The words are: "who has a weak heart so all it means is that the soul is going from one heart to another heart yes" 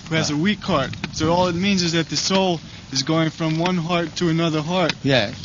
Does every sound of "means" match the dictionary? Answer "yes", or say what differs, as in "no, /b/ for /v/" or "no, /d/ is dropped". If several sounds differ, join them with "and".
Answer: yes